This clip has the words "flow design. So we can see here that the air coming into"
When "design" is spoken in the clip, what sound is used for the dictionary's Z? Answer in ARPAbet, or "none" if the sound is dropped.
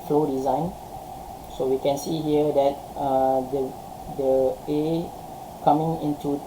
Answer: Z